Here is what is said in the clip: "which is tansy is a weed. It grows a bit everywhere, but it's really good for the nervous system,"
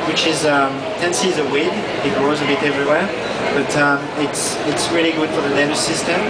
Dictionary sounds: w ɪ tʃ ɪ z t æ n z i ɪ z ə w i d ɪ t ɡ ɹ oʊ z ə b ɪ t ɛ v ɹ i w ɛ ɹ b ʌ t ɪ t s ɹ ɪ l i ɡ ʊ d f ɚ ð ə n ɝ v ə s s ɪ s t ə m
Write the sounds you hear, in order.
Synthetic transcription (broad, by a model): w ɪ tʃ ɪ z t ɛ n s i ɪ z ə w i d ɪ t ɡ ɹ oʊ z ə b ɪ t ɛ v ɹ i w ɛ ɹ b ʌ t ɪ t s ɹ ɪ l i ɡ ʊ d f ɚ ð ə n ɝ ə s s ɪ s t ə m